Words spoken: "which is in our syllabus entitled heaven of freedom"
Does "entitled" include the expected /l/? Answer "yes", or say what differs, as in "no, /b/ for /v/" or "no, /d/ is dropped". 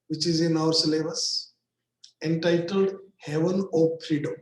yes